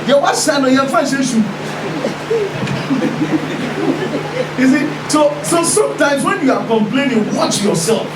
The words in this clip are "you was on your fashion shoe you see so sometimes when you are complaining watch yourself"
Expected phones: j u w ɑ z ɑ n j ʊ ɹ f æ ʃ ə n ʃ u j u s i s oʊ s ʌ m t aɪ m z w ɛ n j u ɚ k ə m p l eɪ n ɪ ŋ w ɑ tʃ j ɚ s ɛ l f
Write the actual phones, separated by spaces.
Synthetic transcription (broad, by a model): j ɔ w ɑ s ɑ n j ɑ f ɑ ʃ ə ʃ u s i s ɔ s oʊ s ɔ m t aɪ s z w ɛ n j u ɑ k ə m p l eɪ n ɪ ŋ w ɑ tʃ j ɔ s ɛ l f